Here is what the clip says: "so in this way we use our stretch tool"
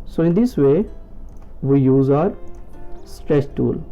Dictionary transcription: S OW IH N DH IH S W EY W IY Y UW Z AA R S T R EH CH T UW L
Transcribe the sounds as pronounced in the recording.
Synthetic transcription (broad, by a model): S OW IH N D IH S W EY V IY Y UW Z AA R S T R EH S T UW L